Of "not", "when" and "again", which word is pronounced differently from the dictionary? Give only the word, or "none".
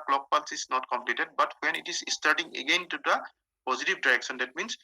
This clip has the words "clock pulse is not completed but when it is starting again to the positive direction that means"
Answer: none